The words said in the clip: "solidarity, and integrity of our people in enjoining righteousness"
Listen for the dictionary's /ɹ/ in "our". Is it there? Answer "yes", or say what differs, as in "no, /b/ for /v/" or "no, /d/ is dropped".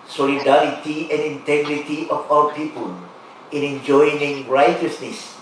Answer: no, /w/ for /ɹ/